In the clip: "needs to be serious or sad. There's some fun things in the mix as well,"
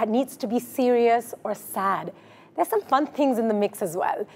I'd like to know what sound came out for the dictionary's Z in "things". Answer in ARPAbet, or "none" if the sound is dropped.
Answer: Z